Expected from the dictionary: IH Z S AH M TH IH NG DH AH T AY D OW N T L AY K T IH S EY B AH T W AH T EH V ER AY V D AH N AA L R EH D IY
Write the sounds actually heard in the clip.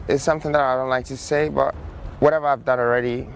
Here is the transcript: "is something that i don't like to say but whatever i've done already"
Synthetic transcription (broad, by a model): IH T S AH M TH IH NG DH AH T AY D OW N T L AY K T IH S EY B AH T W AH T EH V ER AY V D AH N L R EH D IY